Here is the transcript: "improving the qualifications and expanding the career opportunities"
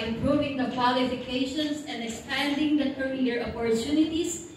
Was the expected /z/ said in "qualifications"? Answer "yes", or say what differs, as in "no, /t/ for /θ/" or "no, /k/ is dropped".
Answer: no, /s/ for /z/